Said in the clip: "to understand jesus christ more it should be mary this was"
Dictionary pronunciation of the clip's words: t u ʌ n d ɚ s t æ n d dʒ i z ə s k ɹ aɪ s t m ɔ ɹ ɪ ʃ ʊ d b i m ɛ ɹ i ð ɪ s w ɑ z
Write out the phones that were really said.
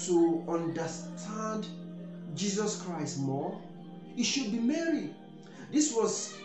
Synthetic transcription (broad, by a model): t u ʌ n d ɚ s t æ n d dʒ i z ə s k ɹ aɪ s t m ɔ ɪ ʃ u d b i m ɛ ɹ i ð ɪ s w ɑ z